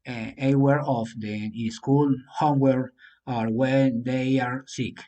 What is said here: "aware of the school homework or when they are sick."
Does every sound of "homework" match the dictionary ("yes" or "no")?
no